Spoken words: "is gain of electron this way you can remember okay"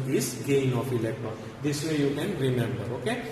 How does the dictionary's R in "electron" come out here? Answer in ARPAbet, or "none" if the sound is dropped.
none